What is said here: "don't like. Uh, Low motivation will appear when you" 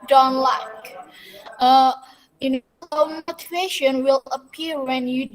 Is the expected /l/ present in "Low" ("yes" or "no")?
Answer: no